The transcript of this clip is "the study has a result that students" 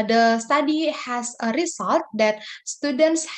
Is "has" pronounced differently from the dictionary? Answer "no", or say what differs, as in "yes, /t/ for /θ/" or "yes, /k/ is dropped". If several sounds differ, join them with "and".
yes, /s/ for /z/